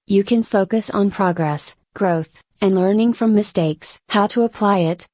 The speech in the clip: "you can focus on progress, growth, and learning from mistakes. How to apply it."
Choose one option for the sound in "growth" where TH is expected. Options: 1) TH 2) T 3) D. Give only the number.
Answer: 1